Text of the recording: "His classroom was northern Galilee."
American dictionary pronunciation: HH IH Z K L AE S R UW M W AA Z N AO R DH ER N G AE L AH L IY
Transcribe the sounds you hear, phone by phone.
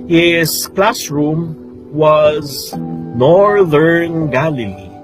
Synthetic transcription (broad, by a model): HH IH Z K L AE S R UW M W AA Z N AO R DH ER N G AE L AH L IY